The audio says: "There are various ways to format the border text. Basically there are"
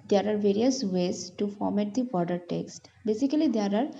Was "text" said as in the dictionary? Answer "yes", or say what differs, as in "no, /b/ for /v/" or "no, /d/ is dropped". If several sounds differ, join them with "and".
yes